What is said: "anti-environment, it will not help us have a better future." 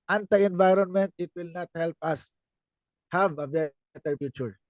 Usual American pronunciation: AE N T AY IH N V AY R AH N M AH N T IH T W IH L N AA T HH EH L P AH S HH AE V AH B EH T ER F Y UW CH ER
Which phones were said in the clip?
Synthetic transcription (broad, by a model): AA N T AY IH N V AY R AH N M AH N T IH T W IH L N AA T HH EH L P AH S HH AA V AH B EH T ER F Y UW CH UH